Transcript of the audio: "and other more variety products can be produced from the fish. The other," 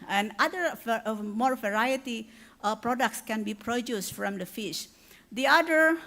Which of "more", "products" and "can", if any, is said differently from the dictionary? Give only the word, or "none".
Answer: none